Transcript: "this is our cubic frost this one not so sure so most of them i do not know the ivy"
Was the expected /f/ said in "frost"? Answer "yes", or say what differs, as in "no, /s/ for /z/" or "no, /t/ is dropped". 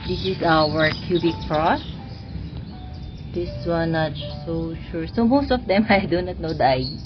no, /p/ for /f/